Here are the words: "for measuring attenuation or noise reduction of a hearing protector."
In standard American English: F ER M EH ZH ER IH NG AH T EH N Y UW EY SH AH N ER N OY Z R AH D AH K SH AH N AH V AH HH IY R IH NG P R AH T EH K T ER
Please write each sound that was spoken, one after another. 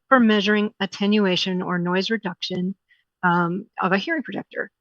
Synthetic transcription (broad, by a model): F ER M EH ZH ER IH NG AH T EH N Y UW EY SH AH N ER N OY Z R AH D AH K SH AH N AH V AH HH IY R IH NG P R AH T EH K T ER